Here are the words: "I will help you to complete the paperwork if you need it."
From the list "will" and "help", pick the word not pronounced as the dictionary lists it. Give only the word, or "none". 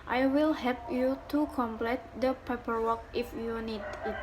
help